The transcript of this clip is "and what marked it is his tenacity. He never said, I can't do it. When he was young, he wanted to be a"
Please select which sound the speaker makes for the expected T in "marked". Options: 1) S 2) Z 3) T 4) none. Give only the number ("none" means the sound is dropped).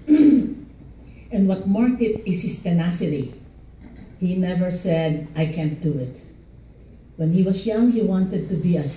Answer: 4